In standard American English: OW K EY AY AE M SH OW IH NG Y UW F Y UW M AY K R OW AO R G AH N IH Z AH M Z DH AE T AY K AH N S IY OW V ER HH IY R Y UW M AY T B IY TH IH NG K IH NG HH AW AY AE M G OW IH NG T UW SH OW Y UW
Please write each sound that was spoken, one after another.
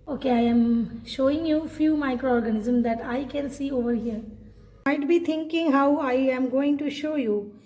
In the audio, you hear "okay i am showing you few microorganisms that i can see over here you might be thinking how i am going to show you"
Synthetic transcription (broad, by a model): OW K EY AY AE M SH OW IH NG Y UW F Y UW M AY K R OW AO R G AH N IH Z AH M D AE T AY K AH N S IY OW V ER HH IY R M AY T B IY T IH NG K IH NG HH AW AY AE M G OW IH NG T UW SH OW Y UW